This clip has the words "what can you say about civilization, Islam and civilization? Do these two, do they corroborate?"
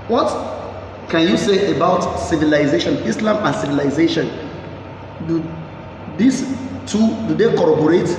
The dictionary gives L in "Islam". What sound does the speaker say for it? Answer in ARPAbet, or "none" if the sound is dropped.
L